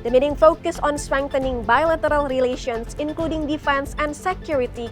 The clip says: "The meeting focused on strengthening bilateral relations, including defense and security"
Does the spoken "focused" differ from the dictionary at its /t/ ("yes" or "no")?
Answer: yes